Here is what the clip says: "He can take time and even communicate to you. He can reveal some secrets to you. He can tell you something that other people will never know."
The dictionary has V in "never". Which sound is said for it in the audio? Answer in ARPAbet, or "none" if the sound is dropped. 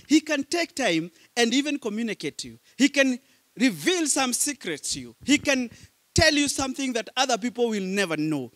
V